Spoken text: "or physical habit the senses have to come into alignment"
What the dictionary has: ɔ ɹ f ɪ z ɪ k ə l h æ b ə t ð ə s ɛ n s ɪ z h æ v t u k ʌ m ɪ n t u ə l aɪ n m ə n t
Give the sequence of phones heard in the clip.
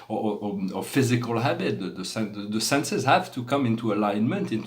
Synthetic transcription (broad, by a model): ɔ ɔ f ɪ z ɪ k ə l h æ b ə t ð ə s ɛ n s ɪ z h æ v t u k ʌ m ɪ n t u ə l aɪ n m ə n t